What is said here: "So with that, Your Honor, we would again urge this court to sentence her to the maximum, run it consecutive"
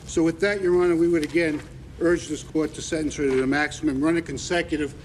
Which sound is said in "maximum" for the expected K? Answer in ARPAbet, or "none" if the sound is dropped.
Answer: K